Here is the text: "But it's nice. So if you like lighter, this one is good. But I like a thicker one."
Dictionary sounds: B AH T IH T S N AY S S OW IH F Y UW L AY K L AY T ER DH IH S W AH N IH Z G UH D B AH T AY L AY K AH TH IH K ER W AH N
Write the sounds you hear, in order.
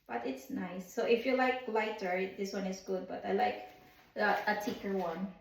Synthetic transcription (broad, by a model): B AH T IH T S N AY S S OW IH F Y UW L AY K L AY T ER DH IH S W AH N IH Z G UH D B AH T AY L AY K AH T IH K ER W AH N